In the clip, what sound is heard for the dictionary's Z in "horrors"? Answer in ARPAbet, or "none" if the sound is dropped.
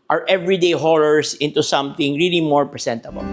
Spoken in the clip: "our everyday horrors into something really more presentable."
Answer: S